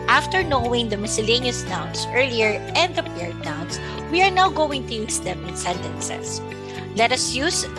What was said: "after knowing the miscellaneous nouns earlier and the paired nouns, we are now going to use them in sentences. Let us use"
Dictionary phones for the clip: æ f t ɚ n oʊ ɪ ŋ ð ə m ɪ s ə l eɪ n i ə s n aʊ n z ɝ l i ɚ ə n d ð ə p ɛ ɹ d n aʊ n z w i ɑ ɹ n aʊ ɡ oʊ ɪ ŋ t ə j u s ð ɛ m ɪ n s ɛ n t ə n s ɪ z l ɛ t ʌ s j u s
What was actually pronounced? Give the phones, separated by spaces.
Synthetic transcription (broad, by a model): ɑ f t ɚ n oʊ ɪ ŋ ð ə m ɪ s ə l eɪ n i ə s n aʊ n s ɝ l i ɚ ə n d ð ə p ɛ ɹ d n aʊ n s w i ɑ ɹ n aʊ ɡ oʊ ɪ ŋ t ə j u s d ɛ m ɪ n s ɛ n t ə n s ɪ s l ɛ t ʌ s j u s